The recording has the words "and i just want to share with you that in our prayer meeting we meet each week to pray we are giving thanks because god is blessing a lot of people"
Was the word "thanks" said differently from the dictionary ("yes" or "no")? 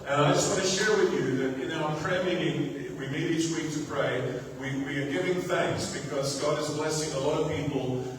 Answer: no